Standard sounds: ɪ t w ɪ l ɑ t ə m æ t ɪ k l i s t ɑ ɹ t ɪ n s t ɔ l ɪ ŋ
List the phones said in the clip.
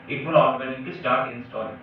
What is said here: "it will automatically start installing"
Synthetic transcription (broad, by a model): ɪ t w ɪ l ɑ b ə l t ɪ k i s t ɑ ɹ t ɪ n s t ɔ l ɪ